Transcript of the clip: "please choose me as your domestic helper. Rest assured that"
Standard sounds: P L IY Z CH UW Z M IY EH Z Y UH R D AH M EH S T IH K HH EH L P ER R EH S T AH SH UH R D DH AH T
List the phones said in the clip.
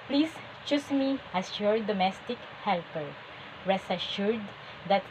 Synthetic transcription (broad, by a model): P L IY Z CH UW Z M IY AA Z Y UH R D AH M EH S T IH K HH EH L P ER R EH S AH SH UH R D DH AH T